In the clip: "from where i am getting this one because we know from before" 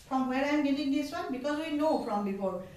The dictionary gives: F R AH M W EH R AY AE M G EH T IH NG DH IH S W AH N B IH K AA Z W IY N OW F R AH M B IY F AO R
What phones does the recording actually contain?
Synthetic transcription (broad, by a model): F R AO M W EH R AY M G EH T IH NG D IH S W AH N B IH K AA Z W IY N OW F R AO M B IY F AO R